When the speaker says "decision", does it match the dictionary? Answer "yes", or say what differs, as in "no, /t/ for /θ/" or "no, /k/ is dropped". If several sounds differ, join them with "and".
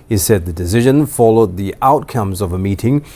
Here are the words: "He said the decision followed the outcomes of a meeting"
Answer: yes